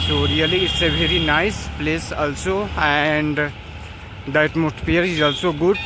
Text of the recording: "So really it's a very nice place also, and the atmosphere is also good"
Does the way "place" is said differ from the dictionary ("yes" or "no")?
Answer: no